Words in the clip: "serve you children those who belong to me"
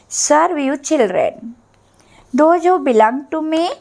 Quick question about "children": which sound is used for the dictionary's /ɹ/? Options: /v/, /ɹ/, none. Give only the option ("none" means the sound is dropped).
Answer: /ɹ/